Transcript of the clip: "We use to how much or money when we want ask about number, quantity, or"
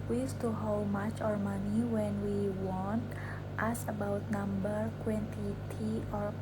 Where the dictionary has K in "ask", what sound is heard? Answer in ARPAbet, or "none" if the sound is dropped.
none